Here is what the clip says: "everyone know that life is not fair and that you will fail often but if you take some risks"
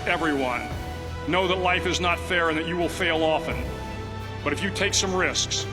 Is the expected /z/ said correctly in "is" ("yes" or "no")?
yes